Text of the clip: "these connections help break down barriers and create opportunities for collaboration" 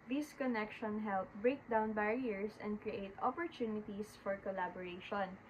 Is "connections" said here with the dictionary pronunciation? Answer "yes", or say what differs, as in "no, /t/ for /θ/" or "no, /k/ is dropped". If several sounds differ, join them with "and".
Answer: no, /z/ is dropped